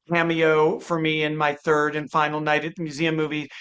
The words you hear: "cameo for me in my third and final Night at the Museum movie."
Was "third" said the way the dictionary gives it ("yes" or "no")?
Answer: yes